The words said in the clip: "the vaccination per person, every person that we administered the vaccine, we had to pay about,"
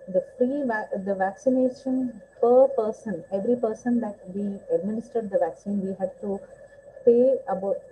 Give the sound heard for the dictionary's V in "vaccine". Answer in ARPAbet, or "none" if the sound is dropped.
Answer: V